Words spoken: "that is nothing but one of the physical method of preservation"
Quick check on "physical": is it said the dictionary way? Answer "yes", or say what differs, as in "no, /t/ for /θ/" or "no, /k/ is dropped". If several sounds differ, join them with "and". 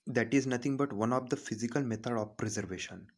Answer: yes